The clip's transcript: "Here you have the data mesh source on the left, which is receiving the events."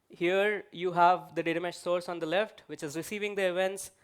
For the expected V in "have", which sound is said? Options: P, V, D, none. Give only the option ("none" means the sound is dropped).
V